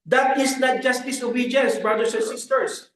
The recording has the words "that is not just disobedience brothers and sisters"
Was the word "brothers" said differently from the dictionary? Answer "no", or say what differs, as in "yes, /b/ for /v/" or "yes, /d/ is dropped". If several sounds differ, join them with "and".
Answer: yes, /s/ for /z/